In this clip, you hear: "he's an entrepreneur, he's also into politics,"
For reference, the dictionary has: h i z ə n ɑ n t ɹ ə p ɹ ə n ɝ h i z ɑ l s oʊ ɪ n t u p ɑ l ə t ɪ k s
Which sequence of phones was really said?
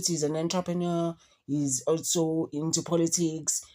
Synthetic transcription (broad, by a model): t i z ə n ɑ n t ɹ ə p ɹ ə n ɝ h i z ɑ l s oʊ ɪ n t u p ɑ l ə t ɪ k s